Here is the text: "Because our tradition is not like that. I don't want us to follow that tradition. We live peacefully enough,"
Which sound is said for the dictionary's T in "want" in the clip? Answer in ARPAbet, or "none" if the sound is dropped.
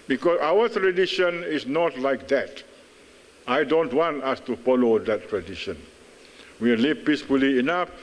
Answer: T